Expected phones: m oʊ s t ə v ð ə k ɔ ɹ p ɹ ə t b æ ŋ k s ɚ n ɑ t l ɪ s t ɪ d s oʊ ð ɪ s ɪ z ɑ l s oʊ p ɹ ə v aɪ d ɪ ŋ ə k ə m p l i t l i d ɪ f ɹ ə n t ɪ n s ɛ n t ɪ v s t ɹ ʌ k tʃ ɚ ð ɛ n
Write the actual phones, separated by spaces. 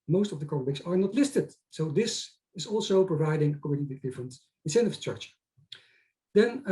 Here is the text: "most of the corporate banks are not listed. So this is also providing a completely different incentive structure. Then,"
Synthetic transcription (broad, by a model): m oʊ s t ə v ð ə k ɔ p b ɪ k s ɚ n ɑ t l ɪ s t ɪ d s oʊ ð ɪ s ɪ z ɑ l s oʊ p ɹ ə v aɪ d ɪ ŋ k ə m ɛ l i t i d ɪ f ɹ ə n t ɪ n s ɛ n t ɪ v s t ɹ ʌ k tʃ ɚ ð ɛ n